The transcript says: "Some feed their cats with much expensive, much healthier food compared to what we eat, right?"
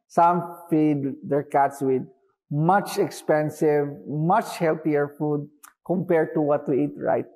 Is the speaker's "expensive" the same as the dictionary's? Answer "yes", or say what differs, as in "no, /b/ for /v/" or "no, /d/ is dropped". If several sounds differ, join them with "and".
yes